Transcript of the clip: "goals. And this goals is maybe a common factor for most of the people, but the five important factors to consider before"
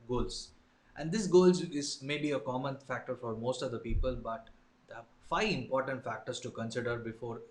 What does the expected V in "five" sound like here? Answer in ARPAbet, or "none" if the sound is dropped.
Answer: none